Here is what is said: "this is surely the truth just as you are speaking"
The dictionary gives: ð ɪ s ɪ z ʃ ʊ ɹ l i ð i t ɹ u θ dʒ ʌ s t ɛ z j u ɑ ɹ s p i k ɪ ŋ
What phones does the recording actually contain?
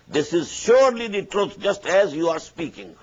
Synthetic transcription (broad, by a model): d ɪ s ɪ z ʃ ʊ ɹ l i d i t ɹ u t dʒ ʌ s t ɛ z j u ɑ ɹ s p i k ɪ ŋ